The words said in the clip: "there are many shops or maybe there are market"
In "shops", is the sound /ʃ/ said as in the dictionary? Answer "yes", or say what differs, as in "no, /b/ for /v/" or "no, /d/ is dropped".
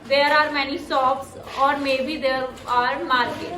no, /s/ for /ʃ/